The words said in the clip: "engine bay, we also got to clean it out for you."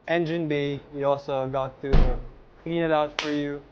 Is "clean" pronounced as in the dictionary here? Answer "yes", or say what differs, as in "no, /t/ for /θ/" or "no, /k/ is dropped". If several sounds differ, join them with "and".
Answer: no, /l/ is dropped